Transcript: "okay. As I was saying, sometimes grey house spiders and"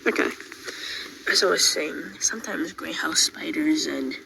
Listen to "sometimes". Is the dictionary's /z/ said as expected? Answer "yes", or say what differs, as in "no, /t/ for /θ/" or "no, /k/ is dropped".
yes